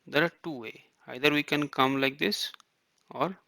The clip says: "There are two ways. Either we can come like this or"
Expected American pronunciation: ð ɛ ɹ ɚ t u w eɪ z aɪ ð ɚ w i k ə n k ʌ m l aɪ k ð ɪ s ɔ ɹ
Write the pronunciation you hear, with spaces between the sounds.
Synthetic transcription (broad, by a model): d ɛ ɹ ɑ t u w eɪ aɪ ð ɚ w i k ə n k ʌ m l aɪ k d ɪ s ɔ ɹ